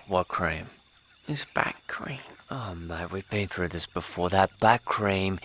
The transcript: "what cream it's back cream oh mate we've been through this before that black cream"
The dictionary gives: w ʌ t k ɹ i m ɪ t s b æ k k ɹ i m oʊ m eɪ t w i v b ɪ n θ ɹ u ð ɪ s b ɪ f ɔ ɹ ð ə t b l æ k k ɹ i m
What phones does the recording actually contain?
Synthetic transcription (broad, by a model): w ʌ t k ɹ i m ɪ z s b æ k k ɹ i m oʊ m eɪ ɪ w i v b ɪ n θ ɹ u ð ɪ s b ɪ f ɔ ɹ ð ə t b æ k k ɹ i m